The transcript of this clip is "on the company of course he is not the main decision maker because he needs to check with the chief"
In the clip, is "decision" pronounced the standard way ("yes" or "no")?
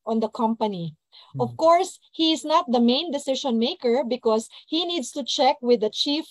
no